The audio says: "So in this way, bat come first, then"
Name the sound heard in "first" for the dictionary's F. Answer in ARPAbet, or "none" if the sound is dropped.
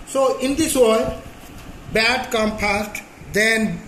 P